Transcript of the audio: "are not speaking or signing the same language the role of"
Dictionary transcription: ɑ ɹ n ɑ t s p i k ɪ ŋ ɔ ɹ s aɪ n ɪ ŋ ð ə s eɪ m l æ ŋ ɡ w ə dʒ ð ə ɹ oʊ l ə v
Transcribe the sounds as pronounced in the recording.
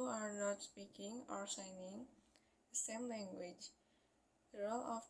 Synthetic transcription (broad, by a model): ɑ ɹ n ɑ t s p i k ɪ ŋ ɔ ɹ s aɪ n ɪ ŋ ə s eɪ m l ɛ ŋ ɡ w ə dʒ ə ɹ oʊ l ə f